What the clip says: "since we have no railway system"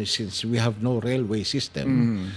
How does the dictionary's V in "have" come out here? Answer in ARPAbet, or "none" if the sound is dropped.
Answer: V